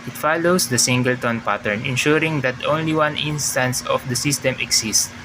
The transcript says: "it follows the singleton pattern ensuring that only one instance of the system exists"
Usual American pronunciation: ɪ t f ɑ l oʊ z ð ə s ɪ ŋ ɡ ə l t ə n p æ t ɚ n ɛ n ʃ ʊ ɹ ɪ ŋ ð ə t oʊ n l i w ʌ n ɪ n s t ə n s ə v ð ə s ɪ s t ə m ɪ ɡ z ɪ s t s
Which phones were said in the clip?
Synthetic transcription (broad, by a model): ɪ t f ɑ l oʊ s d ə s ɪ ŋ ɡ ə l t ə n p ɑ t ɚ n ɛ n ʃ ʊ ɹ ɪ ŋ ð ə t oʊ n l i w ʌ n ɪ n s t ə n s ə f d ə s ɪ s t ə m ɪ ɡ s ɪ s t